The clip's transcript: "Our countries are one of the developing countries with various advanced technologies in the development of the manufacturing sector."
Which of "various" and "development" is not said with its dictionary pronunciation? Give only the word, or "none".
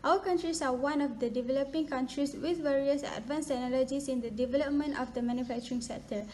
none